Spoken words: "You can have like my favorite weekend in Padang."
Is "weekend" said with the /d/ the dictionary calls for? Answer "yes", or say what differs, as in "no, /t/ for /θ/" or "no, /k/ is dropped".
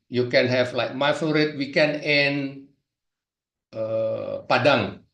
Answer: no, /d/ is dropped